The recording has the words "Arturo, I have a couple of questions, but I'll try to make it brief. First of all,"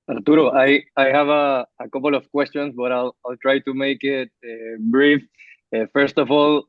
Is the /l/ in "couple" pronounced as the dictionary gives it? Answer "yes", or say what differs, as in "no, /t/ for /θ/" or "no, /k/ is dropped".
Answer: yes